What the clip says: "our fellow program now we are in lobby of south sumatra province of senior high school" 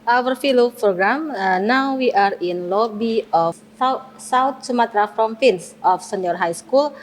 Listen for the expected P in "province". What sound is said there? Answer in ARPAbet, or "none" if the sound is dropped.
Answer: F